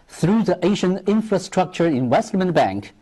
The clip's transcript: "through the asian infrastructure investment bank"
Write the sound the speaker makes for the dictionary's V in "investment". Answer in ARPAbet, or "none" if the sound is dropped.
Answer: W